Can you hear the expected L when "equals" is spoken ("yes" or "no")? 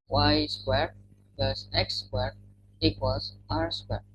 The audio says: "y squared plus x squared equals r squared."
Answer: no